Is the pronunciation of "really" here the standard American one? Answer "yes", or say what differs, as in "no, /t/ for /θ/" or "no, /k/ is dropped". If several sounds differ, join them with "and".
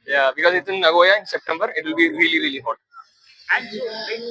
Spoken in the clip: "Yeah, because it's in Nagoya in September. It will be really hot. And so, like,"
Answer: no, /l/ is dropped